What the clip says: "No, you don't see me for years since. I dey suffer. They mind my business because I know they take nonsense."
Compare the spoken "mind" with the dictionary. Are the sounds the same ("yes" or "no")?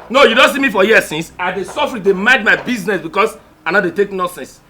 no